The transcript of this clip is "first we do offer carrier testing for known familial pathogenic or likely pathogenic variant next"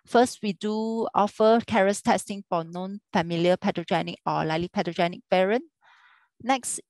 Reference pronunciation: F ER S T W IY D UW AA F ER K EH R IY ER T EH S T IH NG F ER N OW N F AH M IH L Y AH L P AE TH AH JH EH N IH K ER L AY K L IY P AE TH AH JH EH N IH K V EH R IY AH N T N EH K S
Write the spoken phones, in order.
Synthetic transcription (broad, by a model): F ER S T W IY D UW AA F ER K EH R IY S T EH S T IH NG F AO N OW N F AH M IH L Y AH P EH T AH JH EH N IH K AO L AY L IY P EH T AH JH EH N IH K P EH R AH N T N EH K S